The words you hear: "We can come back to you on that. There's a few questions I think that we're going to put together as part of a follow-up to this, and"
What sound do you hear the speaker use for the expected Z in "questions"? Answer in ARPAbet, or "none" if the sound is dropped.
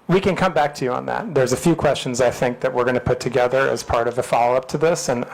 Z